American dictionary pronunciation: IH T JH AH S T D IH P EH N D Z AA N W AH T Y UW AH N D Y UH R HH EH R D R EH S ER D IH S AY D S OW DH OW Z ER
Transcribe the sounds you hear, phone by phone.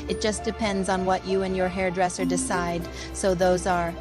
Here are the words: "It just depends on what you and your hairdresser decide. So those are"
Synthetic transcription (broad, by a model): IH T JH AH S D IH P EH N D Z N W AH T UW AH N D Y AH R HH EH R D R EH S ER D IH S AY D S OW DH OW Z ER